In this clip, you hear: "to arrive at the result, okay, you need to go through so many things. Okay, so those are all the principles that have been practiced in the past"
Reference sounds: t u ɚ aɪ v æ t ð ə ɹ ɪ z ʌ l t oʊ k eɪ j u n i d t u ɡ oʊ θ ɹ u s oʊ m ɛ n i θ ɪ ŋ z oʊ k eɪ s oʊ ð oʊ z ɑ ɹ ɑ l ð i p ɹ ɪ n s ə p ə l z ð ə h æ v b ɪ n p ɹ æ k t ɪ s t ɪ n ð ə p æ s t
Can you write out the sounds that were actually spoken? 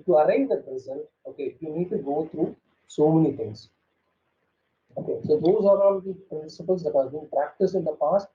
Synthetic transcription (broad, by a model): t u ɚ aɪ ɪ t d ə ɹ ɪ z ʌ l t oʊ k eɪ j u n i d t u ɡ oʊ t ɹ u s oʊ m ɛ n i t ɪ ŋ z oʊ k eɪ s oʊ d oʊ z ɑ ɹ ɑ l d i p ɹ ɪ n s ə p ə l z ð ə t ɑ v b ɪ n p ɹ æ k t ɪ s t ɪ n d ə p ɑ s t